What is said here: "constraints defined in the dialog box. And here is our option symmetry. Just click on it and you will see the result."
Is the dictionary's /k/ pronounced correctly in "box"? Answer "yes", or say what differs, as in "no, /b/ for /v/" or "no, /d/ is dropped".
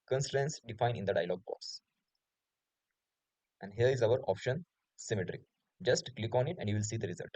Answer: no, /k/ is dropped